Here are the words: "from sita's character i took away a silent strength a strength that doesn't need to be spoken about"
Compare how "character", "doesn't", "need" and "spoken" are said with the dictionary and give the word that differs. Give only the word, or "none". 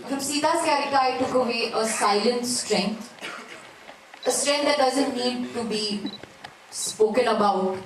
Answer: character